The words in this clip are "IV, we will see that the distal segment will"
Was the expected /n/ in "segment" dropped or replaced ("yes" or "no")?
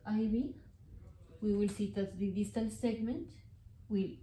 no